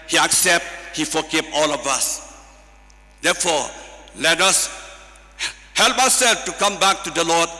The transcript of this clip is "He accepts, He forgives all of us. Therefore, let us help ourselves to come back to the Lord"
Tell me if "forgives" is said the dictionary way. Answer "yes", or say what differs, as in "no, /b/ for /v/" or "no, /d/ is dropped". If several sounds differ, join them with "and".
no, /z/ is dropped